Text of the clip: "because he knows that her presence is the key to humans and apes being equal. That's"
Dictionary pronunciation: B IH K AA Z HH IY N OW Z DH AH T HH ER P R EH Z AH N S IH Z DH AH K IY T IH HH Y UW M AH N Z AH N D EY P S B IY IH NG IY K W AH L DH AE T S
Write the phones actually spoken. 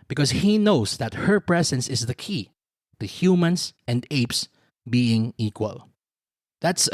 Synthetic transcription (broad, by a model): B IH K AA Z HH IY N OW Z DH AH T HH ER P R EH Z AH N S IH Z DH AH K IY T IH HH Y UW M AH N S AH N D EY P S B IY IH NG IY K W AH L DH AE T S